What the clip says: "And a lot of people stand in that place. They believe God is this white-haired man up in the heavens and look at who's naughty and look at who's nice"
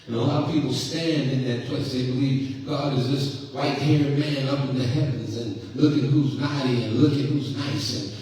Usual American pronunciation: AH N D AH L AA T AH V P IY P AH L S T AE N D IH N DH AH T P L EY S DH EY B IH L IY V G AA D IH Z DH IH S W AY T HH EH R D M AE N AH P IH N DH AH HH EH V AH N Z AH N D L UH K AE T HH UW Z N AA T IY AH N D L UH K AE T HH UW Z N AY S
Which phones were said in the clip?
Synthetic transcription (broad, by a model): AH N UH AH L AA T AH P IY P L S T AE N D IH N DH AH T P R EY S DH EY B IH L IY V G AA D IH Z DH IH S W AY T HH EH R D M AE N AH P IH N DH AH HH EH V AH N Z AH N L UH K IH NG HH UW Z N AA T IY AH N L UH K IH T HH UW Z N AY S